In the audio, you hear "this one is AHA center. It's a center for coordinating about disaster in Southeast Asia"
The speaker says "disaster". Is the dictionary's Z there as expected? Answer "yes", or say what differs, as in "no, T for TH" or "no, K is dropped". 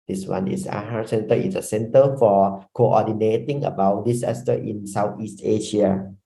no, S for Z